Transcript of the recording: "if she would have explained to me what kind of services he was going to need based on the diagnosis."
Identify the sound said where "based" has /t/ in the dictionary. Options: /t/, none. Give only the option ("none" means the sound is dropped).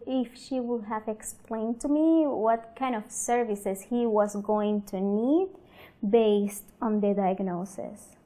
/t/